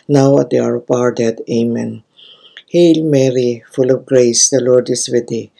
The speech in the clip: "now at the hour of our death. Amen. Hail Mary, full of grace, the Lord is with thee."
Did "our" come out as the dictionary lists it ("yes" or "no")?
yes